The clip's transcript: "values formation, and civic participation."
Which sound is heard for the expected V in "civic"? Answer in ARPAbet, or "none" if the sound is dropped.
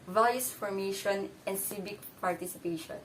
B